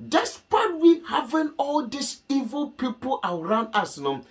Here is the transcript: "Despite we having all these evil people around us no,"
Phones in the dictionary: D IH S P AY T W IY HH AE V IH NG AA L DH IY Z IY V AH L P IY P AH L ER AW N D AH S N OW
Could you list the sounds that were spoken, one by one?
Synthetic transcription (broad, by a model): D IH S P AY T W IY HH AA V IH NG AA L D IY S IY V AH L P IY P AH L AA AW N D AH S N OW